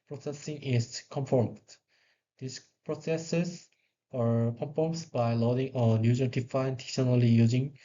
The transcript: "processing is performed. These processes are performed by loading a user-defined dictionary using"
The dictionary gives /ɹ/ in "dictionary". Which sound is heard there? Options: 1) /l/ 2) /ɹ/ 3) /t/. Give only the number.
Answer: 1